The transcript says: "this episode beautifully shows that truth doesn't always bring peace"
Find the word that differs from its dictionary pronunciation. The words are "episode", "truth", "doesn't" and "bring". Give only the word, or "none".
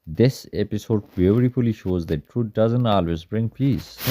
truth